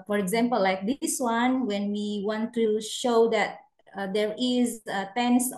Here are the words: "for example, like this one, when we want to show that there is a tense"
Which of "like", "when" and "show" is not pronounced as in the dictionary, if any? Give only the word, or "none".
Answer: none